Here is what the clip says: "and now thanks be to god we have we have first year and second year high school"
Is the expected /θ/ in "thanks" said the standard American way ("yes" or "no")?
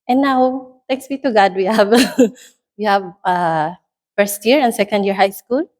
no